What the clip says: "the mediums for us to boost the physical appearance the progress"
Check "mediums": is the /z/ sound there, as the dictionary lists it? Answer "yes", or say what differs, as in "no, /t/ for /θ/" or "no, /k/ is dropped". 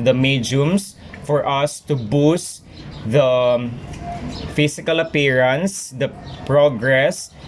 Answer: no, /s/ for /z/